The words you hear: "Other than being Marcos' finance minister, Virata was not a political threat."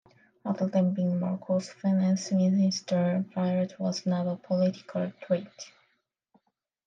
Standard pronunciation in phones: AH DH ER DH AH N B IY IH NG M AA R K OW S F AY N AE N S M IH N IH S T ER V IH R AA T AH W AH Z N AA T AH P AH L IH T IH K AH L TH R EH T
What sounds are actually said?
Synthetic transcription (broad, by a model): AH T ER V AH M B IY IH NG M AA R K OW S F AY N AE N S M IH N IH S T ER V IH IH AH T W AH Z N AA T AH P AH L IH T IH K AH L T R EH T